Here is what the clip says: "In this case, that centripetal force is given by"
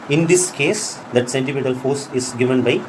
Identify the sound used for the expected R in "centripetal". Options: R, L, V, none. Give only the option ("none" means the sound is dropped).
none